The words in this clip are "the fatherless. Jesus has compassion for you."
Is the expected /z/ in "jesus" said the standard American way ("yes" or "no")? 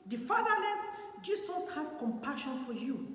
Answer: no